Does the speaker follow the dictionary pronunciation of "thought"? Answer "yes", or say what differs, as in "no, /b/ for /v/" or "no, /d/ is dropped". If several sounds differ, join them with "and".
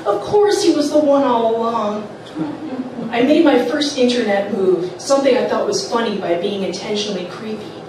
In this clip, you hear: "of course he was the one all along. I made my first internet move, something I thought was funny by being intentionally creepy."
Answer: yes